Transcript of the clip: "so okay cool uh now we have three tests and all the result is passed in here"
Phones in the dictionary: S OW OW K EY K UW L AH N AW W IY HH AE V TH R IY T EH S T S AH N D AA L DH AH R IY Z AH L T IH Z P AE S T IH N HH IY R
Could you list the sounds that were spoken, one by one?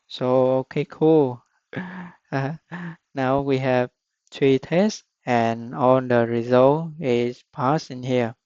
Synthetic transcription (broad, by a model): S OW OW K EY K UW L N AW W IY HH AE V T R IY T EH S S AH N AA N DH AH R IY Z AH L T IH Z P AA S IH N HH IY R